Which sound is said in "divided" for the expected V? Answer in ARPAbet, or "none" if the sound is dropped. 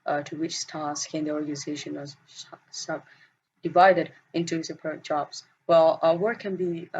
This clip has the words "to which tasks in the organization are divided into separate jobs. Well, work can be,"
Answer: V